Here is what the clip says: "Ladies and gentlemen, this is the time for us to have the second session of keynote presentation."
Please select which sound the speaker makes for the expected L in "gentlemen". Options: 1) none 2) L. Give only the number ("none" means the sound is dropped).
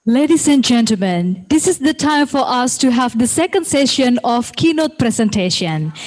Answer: 2